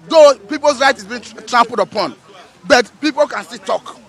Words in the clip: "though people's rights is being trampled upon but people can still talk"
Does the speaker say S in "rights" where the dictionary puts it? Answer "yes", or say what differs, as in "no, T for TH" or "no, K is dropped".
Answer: no, S is dropped